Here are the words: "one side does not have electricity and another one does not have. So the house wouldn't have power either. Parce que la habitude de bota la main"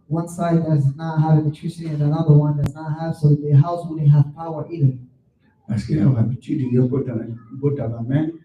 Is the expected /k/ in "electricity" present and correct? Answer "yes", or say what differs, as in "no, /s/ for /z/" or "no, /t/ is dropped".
no, /k/ is dropped